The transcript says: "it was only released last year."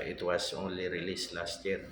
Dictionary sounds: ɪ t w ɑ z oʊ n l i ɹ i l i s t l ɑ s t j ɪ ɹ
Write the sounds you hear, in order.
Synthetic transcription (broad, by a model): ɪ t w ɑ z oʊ l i ɹ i l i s l ɑ s t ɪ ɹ